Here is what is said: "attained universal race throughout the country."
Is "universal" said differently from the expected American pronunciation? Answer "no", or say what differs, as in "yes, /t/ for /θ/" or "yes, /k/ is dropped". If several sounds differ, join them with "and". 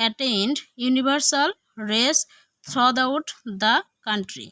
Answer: yes, /b/ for /v/